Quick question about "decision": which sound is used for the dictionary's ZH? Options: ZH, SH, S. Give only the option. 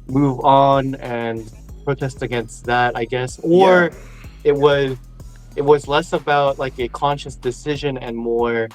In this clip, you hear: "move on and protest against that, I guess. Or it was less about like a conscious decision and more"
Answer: ZH